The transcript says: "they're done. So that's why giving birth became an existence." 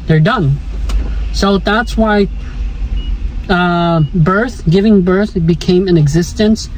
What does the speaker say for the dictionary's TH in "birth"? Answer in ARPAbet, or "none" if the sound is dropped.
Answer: TH